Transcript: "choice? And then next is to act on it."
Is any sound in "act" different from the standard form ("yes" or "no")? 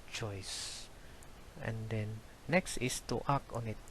yes